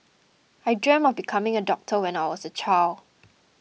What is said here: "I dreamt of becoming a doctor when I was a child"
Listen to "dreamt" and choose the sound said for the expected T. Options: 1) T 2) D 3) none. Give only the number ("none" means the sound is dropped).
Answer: 3